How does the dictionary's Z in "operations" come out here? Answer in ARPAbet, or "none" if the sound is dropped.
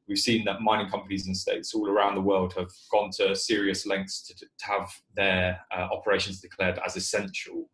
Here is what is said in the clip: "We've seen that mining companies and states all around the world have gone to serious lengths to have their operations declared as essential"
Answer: Z